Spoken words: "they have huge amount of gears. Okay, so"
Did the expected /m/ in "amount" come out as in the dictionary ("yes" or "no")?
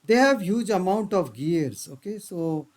yes